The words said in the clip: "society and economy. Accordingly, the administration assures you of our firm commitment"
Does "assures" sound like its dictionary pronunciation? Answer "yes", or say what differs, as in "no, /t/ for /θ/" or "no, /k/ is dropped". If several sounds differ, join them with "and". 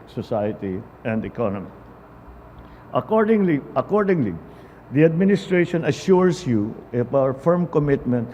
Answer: no, /s/ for /z/